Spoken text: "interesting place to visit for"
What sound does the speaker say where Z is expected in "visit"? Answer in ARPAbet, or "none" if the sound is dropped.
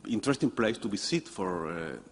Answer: S